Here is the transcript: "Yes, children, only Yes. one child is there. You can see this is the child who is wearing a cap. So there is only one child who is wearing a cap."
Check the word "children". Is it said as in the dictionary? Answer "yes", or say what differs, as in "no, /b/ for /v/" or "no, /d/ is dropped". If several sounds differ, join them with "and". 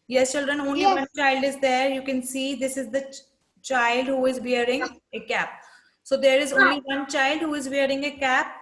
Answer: yes